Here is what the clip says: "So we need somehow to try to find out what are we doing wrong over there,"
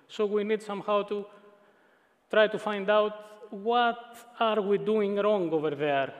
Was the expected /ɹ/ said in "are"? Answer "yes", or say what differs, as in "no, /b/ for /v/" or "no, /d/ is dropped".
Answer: yes